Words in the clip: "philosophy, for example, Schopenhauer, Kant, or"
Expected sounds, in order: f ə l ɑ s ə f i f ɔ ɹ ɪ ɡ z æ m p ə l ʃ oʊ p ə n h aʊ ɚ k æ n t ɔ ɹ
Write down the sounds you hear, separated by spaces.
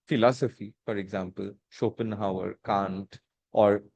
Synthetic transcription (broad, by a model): f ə l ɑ s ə f i f ɔ ɹ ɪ ɡ z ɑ m p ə l ʃ oʊ p ə n h aʊ ɚ k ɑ n t ɔ ɹ